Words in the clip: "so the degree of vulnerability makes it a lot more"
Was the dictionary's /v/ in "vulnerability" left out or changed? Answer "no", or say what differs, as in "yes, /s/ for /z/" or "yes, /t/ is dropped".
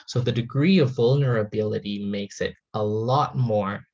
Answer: no